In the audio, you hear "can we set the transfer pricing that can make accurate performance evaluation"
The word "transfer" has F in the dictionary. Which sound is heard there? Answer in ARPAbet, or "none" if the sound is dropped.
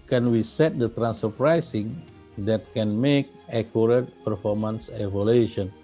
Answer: none